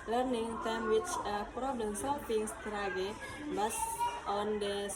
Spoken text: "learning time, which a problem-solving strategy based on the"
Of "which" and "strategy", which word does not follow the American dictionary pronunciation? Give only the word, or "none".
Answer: strategy